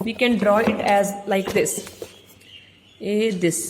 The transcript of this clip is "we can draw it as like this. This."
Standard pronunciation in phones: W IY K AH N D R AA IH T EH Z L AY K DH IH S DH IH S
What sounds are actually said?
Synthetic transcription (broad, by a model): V IY K AH N D R AA IH T EH Z L AY K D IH S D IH S